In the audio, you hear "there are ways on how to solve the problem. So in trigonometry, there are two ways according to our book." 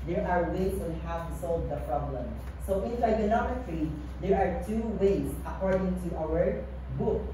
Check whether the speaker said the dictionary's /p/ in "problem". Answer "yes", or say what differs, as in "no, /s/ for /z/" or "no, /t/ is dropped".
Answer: yes